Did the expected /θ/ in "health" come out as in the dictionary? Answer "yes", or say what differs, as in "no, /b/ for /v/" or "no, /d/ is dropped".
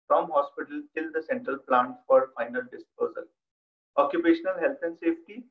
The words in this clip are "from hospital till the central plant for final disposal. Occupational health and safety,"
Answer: no, /t/ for /θ/